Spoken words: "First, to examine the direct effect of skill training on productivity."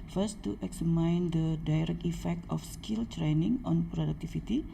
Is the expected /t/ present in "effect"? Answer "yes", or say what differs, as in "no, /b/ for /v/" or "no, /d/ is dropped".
yes